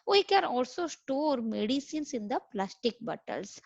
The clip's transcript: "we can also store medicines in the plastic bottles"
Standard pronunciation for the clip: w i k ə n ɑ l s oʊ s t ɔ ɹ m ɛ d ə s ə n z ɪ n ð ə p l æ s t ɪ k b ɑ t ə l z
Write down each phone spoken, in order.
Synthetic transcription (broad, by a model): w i k ə n ɑ l s oʊ s t ɔ ɹ m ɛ d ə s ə n s ɪ n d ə p l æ s t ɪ k b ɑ t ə l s